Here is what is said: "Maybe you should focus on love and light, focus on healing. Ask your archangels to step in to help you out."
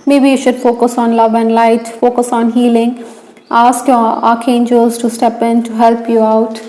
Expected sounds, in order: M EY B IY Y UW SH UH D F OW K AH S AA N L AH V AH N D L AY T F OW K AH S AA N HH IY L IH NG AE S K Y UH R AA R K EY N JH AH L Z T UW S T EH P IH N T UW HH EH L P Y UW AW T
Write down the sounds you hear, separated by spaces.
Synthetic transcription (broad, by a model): M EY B IY Y UW SH UH D F OW K AH S AA N L AH V AH N D L AY T F OW K AH S AA N HH IY L IH NG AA S K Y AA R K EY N JH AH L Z T UW S T EH P IH N T UW HH EH L P Y UW AW T